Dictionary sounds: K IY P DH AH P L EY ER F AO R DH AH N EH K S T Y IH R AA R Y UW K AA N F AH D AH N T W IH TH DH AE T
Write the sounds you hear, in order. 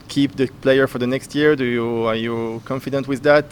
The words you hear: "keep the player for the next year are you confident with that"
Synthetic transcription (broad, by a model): K IY P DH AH P L EY ER F AO R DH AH N EH K S T Y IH R AA R Y UW K AA N F AH D AH N T W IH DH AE T